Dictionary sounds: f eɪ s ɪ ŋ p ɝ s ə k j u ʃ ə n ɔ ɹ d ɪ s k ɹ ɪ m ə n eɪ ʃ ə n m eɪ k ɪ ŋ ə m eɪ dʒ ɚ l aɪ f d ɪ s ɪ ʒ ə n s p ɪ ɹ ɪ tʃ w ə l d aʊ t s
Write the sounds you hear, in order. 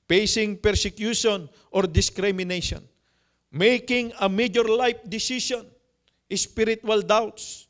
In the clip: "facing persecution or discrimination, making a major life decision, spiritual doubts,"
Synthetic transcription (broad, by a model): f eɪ s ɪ ŋ p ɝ s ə k j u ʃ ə n ɔ ɹ d ɪ s k ɹ ɪ m ə n eɪ ʃ ə n m eɪ k ɪ ŋ ə m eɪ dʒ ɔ l aɪ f d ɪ s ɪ ʃ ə n s p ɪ ɹ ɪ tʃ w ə l d aʊ t s